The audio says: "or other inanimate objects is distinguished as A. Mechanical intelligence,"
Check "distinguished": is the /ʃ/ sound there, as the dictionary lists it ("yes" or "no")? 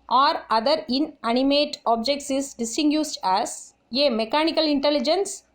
no